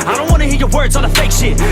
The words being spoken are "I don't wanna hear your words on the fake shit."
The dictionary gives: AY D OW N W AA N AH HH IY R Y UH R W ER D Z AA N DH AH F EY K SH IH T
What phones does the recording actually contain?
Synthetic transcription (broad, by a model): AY D OW N W AA N AH HH IY R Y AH R W ER D Z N DH AH F EY K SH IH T